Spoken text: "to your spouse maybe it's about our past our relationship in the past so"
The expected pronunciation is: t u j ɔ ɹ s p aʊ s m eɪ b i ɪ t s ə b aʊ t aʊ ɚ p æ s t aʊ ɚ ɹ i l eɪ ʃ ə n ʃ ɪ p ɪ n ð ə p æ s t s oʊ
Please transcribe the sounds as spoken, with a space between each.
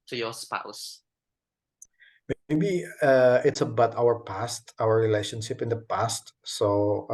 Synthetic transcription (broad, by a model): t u j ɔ s p aʊ s m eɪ b i ɪ t s ə b aʊ t aʊ ɚ p æ s t aʊ ɚ ɹ i l eɪ ʃ ə n ʃ ɪ p ɪ n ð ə p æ s t s oʊ